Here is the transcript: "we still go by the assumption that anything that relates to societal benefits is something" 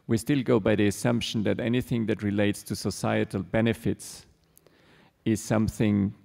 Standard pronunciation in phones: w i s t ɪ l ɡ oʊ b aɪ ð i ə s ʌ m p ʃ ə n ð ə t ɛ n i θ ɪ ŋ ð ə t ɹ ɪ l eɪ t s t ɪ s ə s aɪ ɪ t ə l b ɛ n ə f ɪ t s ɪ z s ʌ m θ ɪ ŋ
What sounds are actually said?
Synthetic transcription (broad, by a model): w i s t ɪ l ɡ oʊ b aɪ ð i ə s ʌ m p ʃ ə n ð ə t ɛ n i θ ɪ ŋ ð ə t ɹ ɪ l eɪ t s t ɪ s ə s aɪ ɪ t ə l b ɛ n ə f ɪ t s ɪ z s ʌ m θ ɪ ŋ